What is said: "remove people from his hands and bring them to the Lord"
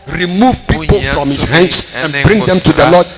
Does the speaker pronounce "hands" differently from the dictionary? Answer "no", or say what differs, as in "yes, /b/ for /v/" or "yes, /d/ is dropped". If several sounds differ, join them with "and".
yes, /s/ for /z/